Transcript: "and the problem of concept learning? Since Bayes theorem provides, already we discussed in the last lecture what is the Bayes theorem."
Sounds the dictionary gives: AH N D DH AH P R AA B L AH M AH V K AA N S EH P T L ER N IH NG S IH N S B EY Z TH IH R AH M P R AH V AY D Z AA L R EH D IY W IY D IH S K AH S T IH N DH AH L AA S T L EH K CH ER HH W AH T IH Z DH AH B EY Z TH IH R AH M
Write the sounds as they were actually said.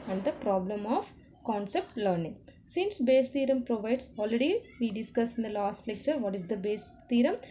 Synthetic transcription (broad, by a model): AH N D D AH P R AA B L AH M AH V K AA N S EH P T L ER N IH NG S IH N S B EY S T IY R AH M P R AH V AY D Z AA L R EH D IY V IY D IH S K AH S IH N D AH L AA S T L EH K CH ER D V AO T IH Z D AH B EY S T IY R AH M